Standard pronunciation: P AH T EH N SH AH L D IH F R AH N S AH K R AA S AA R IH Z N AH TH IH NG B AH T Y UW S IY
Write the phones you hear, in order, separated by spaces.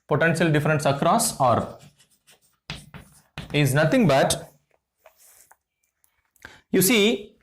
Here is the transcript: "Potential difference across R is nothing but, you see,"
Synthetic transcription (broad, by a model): P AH T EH N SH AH L D IH F R AH N S AH K R AA S AA R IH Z N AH T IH NG B AH T Y UW S IY